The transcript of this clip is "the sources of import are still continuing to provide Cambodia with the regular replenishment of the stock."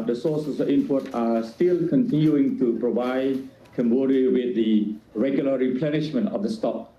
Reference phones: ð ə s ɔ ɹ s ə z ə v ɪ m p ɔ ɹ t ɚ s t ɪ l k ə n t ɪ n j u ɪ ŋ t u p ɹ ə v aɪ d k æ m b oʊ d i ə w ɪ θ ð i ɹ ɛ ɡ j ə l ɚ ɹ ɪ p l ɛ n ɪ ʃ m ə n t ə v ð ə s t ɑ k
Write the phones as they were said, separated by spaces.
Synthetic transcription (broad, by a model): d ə s ɔ s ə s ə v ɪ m p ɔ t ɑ s t ɪ l k ə n t ɪ n j u ɪ ŋ t u p ɹ ə v aɪ d k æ m b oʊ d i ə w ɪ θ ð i ɹ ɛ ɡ j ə l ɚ ɹ ɪ p l ɛ n ɪ ʃ m ə n t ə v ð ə s t ɑ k